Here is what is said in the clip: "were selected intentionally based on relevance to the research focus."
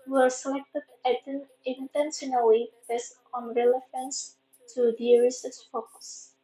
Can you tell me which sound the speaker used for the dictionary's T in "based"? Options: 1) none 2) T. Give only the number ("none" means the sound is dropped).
1